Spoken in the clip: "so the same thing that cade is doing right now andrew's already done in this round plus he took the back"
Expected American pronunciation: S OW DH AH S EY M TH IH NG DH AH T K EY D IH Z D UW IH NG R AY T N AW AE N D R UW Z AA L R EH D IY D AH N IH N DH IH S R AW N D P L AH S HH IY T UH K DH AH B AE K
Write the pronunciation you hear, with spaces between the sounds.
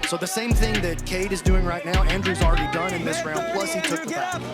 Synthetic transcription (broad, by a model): S OW DH AH S EY M TH IH NG DH AH T K EY D IH Z D UW IH NG R AY T N AW AE N D R UW Z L R EH D IY D AH N IH N DH IH S R AW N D P L AH S HH IY T UH K DH AH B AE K